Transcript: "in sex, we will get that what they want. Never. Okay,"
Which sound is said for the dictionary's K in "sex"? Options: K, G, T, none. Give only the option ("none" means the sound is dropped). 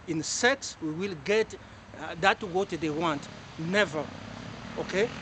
K